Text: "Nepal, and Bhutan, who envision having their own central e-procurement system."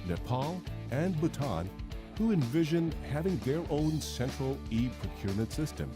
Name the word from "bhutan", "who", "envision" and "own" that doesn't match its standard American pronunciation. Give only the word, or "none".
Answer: none